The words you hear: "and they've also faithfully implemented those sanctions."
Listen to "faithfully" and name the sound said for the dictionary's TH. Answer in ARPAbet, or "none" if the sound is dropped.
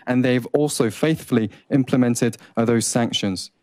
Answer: TH